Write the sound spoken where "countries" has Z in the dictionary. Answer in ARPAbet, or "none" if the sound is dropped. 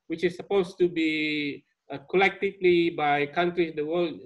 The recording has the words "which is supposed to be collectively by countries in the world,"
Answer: none